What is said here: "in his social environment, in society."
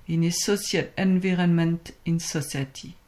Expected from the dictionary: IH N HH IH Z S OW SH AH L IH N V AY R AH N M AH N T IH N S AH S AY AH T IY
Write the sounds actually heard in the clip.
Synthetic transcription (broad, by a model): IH N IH S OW S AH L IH N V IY R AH N M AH N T IH N S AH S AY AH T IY